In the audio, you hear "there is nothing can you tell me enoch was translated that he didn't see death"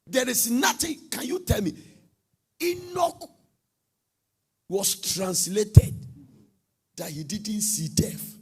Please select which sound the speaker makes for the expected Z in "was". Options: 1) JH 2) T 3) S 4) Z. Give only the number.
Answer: 3